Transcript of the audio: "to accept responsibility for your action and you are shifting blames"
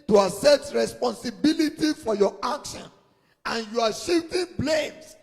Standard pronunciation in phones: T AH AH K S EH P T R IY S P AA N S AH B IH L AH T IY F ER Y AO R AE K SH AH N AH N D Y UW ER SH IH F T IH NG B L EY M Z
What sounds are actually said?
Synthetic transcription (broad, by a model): T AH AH S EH T R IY S P AA N S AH B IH L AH T IY F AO Y AO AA K SH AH N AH N Y UW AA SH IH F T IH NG B L EY M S